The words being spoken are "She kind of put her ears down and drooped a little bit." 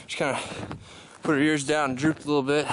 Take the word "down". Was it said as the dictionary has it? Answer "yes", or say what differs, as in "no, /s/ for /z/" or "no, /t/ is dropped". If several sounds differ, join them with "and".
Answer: no, /n/ is dropped